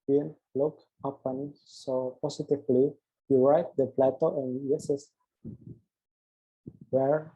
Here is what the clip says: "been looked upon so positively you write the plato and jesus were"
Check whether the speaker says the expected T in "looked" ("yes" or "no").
no